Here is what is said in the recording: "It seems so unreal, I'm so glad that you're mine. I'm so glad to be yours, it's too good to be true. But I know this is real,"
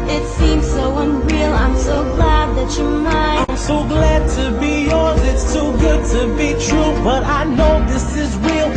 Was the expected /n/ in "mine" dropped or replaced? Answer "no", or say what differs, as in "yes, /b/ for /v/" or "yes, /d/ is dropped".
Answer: yes, /n/ is dropped